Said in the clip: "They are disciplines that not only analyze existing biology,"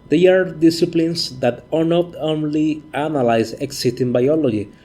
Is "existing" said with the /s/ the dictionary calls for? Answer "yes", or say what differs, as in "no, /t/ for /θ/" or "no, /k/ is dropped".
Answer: no, /s/ is dropped